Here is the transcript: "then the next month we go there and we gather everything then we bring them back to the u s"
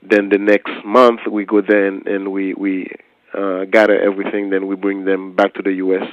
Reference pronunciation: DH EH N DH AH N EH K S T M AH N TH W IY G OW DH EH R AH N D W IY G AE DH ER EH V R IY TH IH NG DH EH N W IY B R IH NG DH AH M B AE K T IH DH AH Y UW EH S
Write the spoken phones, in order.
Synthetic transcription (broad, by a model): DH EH N DH AH N EH K S T M AH N TH W IY G OW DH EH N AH N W W IY G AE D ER EH V R IY TH IH NG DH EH N W IY B R IH NG DH AH M B AE K T IH DH AH Y UW EH S